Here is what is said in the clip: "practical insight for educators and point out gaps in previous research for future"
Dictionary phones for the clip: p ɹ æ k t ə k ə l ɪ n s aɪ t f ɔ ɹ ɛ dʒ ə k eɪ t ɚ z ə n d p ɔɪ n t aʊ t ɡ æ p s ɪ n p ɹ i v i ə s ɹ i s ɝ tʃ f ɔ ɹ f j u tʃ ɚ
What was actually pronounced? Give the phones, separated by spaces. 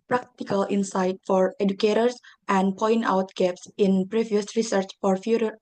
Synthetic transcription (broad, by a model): p ɹ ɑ k t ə k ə l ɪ n s aɪ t f ɔ ɹ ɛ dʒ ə k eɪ t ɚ s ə n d p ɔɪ n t aʊ t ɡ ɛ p s ɪ n p ɹ i v i ə s ɹ i s ɝ tʃ f ɔ ɹ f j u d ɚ